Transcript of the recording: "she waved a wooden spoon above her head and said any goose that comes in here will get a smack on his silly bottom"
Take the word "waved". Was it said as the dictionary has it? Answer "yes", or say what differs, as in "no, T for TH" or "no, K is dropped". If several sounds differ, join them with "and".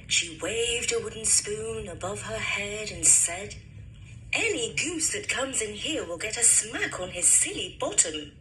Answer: yes